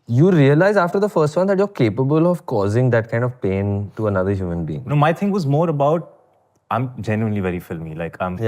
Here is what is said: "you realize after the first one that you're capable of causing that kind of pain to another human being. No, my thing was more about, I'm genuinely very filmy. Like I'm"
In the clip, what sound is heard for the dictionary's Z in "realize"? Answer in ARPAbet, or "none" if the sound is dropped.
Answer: Z